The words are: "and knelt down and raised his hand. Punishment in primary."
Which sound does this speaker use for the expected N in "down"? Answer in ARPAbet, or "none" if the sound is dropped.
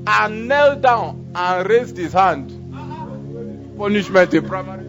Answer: N